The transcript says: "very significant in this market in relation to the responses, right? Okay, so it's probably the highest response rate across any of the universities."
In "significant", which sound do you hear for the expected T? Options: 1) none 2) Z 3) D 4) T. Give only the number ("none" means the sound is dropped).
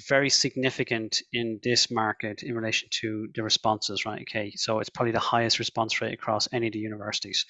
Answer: 4